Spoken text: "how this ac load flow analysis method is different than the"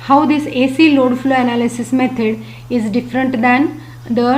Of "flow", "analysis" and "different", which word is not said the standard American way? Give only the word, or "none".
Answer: none